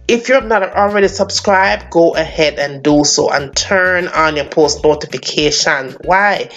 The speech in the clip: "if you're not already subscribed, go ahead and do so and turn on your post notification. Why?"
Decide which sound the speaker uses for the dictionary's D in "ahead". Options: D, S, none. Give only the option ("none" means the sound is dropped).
D